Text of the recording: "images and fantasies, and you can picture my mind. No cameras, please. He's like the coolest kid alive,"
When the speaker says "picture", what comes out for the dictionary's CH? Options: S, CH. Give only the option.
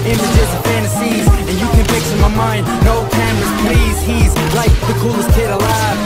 S